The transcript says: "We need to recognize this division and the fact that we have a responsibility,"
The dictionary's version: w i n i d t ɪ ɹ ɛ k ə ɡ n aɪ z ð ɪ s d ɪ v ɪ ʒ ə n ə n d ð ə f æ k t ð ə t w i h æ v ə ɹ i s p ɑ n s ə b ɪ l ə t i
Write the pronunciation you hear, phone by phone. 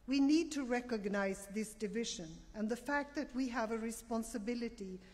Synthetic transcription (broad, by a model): w i n i d t ɪ ɹ ɛ k ə ɡ n aɪ z ð ɪ s d ɪ v ɪ ʒ ə n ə n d ð ə f æ k t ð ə t w i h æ v ə ɹ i s p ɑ n s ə b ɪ l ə t i